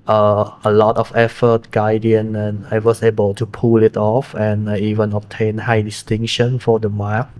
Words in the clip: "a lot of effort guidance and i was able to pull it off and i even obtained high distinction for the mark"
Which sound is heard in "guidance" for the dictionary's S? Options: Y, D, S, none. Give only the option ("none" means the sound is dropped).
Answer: none